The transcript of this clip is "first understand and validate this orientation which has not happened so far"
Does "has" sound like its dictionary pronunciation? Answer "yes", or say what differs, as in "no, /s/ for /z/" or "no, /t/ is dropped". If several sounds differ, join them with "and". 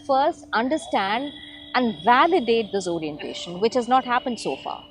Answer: yes